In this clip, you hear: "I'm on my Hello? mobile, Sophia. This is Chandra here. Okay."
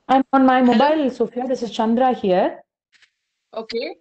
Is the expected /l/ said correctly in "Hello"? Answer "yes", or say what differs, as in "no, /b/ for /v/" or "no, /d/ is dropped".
no, /l/ is dropped